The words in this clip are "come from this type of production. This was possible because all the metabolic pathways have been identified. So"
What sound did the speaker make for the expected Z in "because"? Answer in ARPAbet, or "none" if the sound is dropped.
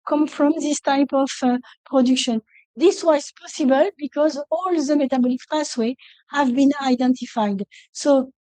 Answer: Z